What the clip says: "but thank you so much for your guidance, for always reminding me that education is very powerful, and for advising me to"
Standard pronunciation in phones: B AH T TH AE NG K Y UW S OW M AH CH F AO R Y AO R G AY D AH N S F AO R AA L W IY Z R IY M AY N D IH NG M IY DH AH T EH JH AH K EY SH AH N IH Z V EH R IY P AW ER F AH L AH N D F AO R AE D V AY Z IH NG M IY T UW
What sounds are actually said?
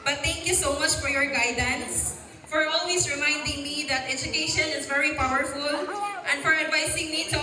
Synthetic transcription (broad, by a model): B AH T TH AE NG K Y UW S OW M AH CH F AO R Y AO R G AY D AH N S F AO R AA L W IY S R IY M AY N D IH NG M IY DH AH T EH JH AH K EY SH AH N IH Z V EH R IY P AW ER F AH L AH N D F AO R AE D V AY S IH NG M IY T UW